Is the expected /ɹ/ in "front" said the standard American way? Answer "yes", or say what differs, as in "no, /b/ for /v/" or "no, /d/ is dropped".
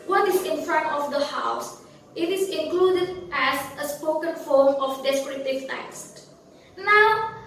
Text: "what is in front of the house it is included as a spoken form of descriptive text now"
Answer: yes